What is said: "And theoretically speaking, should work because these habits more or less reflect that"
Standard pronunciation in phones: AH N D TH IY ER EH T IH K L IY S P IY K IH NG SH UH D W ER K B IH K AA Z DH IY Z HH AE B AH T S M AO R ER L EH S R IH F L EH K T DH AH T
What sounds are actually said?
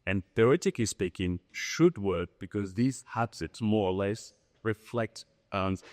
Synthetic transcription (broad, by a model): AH N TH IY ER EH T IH K IY S P IY K IH NG SH UH D W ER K B IH K AA Z DH IY Z HH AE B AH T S M AO R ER L EH S R IH F L EH K T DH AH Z